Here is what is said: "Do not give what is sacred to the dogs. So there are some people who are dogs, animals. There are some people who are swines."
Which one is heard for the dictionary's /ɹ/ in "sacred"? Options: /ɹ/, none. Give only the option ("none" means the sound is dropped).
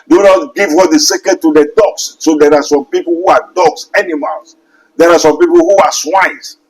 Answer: none